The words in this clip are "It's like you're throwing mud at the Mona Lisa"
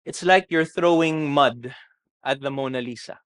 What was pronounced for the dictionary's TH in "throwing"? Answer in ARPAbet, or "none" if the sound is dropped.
TH